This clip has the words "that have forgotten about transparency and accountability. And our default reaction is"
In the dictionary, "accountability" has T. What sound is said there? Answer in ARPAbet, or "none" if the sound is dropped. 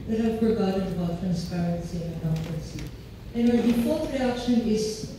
S